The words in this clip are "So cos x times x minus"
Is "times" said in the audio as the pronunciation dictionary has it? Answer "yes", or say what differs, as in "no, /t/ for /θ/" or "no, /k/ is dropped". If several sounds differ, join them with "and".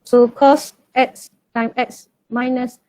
no, /z/ is dropped